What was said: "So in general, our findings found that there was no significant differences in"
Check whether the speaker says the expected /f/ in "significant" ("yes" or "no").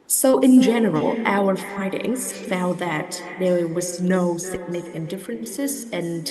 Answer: no